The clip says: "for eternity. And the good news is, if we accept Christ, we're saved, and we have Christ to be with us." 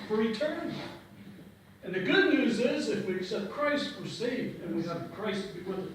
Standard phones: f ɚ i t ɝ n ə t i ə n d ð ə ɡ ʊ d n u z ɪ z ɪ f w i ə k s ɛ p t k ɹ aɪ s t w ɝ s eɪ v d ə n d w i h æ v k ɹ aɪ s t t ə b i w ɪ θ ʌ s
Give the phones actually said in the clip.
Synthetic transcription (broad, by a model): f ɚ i t ɝ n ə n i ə n ð ə ɡ ʊ d n u z ɪ z ɪ f w i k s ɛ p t k ɹ aɪ s t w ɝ s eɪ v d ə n w i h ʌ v k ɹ aɪ s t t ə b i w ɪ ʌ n